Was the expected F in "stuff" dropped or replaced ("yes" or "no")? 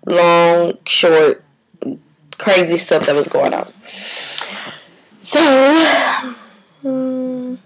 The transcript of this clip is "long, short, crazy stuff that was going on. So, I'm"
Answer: yes